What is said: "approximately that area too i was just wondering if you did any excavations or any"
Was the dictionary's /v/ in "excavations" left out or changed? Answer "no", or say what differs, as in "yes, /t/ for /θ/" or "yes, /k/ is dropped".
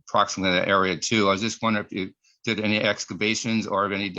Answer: yes, /b/ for /v/